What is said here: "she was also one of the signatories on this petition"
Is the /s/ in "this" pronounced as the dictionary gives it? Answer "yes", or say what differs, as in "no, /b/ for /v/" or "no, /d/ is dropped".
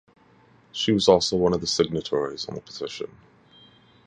no, /s/ is dropped